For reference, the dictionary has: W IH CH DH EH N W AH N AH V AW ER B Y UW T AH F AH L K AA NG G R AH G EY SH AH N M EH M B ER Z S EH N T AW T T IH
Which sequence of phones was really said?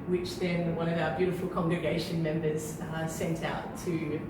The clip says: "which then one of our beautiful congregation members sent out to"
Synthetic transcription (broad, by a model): W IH CH DH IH N W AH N AH V AW ER B Y UW T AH F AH L K AA NG G R AH G EY SH AH N M EH M B ER Z S EH N T AW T T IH